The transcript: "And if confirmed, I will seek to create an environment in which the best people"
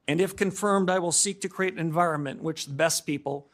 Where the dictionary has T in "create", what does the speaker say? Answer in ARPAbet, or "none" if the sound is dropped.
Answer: none